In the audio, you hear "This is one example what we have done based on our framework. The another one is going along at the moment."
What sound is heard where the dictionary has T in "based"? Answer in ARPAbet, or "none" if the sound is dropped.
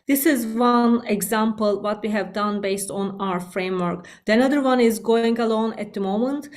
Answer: T